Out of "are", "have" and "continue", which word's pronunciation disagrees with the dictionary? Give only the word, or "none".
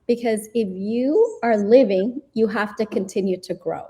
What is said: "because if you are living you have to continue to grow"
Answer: have